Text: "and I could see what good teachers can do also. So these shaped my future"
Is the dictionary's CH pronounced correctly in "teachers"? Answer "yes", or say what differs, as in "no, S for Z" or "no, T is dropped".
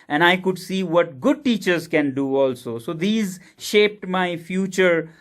yes